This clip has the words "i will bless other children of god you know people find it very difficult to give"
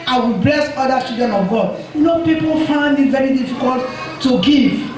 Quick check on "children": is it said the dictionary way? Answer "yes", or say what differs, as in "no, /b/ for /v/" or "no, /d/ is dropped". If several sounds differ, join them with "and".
no, /l/ is dropped and /ɹ/ is dropped